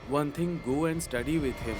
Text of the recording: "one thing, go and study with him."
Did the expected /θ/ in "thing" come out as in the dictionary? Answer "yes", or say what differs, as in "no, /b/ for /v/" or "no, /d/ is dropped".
no, /t/ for /θ/